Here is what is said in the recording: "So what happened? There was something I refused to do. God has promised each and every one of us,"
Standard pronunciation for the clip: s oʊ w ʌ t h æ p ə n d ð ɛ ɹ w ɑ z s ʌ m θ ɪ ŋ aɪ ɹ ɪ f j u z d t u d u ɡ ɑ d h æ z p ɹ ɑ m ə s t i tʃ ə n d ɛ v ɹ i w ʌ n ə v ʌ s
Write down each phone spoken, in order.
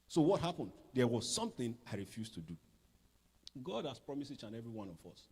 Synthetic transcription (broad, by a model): s oʊ w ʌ t h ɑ p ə n d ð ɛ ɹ w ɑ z s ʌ m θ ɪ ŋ aɪ ɹ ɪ f j u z t u d u ɡ ɑ d h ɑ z p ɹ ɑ m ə s i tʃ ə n ɛ v ɹ i w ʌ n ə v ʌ s